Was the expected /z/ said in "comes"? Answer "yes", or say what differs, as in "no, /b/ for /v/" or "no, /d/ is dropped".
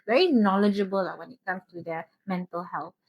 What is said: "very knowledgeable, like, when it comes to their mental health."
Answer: no, /s/ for /z/